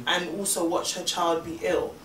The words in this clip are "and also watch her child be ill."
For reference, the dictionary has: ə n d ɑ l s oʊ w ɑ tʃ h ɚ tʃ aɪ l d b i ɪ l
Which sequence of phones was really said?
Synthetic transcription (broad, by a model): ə n ɑ l s oʊ w ɑ tʃ h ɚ tʃ aɪ l d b i ɪ l